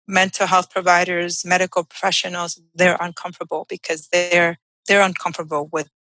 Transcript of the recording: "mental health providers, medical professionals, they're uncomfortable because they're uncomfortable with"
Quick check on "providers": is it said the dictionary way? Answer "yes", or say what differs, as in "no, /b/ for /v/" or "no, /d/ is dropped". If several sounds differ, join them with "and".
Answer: yes